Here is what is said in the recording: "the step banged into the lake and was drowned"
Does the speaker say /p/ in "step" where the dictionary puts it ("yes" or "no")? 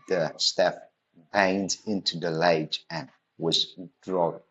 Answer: no